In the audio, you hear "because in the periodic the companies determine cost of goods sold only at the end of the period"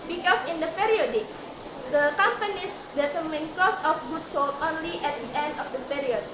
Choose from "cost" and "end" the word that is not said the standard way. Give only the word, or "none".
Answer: cost